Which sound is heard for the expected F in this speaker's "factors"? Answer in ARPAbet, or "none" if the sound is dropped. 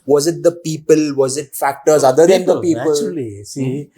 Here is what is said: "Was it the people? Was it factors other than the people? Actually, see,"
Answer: F